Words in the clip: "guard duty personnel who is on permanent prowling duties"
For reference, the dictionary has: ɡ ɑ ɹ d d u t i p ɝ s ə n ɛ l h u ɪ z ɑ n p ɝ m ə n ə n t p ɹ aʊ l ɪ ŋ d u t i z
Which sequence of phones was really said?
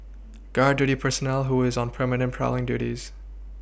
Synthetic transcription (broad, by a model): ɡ ɑ ɹ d d u t i p ɝ s ə n ɛ l h u ɪ z n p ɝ m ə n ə n p ɹ aʊ l ɪ ŋ d u t i z